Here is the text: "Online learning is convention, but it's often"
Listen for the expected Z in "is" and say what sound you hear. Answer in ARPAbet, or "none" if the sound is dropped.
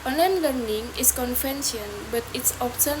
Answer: S